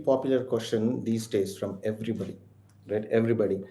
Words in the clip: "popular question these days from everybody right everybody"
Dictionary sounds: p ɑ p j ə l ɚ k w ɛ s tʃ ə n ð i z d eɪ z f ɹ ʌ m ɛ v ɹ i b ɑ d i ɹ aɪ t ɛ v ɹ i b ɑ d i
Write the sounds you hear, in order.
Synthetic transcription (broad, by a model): p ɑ p j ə l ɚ k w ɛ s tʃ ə n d i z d eɪ s f ɹ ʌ m ɛ v ɹ i b ɑ d i ɹ aɪ t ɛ v ɹ i b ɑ d i